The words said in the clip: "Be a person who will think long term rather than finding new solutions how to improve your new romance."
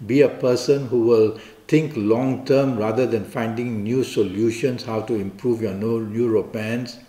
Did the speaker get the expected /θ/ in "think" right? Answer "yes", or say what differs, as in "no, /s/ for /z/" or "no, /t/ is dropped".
no, /t/ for /θ/